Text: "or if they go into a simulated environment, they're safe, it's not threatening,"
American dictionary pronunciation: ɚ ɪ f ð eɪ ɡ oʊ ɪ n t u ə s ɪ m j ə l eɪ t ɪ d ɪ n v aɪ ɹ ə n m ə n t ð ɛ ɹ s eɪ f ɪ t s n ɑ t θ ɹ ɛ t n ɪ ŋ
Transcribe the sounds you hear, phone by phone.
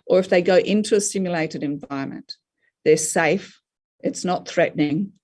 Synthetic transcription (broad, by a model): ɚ ɪ f ð eɪ ɡ oʊ ɪ n t u ə s ɪ m j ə l eɪ t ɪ d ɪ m v aɪ ɹ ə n m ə n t ð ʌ ɹ s eɪ f ɪ t s n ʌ t θ ɹ ɛ t n ɪ ŋ